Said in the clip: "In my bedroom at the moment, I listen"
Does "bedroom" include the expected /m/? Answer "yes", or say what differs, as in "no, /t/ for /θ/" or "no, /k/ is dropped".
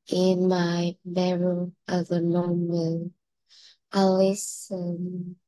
no, /m/ is dropped